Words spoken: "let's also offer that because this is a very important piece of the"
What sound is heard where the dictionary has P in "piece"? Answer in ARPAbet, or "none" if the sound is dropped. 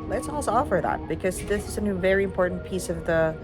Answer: P